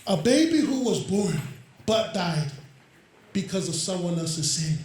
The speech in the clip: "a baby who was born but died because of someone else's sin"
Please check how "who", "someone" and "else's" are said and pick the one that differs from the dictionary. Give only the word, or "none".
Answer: none